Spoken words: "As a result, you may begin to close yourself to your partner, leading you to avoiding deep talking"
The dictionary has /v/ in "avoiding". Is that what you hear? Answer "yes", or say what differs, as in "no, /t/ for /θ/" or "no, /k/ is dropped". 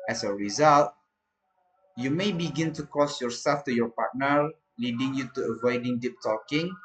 yes